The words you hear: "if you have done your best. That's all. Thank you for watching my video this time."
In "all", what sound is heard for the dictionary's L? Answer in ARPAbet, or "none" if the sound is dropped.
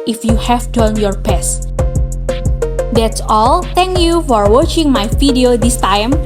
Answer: L